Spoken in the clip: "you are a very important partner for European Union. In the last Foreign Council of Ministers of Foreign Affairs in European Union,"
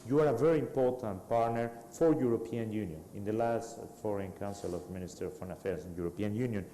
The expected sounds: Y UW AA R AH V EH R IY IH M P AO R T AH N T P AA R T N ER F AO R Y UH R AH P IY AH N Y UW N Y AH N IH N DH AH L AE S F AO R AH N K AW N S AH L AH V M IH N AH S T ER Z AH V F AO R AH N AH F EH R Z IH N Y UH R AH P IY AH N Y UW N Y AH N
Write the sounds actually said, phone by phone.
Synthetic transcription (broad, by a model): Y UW AA R AH V EH R IY IH M P AO R T AH N T P AA R T N ER F AO R Y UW R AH P IY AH N Y UW N Y AH N IH N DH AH L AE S F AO R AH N K AW N S AH L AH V M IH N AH S T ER AH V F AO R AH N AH F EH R S IH N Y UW R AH P IY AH N Y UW N Y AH N